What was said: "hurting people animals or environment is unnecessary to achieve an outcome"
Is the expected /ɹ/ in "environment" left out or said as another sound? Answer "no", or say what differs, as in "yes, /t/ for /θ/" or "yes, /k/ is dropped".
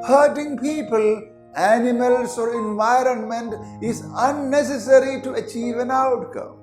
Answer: no